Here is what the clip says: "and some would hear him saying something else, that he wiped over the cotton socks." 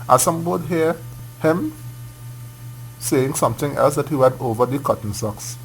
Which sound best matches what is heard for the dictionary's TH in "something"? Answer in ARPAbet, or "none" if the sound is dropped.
T